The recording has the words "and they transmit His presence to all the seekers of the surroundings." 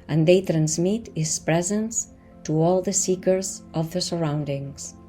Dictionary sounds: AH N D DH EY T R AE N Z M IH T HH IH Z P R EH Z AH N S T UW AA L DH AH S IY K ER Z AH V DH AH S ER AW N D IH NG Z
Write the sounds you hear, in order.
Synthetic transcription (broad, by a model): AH N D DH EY T R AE N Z M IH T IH S P R EH Z AH N S T UW AA L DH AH S IY K ER Z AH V DH AH S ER AW N D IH NG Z